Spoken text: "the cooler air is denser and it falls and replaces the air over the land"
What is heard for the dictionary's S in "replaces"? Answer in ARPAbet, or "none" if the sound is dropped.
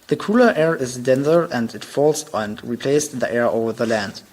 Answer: none